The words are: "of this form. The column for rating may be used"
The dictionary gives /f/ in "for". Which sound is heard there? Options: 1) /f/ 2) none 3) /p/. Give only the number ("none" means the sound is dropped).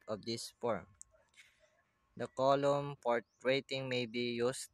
3